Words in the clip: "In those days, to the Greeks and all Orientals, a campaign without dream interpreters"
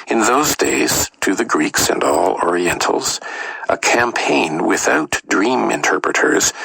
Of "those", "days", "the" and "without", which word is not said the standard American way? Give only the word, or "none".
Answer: none